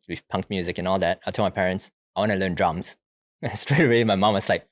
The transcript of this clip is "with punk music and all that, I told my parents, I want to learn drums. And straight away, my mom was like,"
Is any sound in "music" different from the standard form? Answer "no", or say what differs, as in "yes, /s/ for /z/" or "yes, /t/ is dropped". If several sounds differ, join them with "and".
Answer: no